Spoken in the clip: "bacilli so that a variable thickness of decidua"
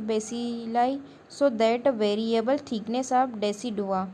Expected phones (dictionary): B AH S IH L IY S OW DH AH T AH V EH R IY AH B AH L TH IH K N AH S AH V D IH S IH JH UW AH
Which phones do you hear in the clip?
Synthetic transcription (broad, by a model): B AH S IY L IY S OW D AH T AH V EH R IY AH B AH L T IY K N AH S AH B D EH S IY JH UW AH